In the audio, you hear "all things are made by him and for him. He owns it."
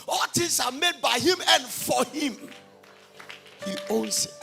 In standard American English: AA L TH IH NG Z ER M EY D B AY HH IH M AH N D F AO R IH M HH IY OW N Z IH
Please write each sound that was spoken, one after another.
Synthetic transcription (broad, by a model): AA L T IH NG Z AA M EY D B AY HH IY M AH N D F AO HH IH M HH IY OW N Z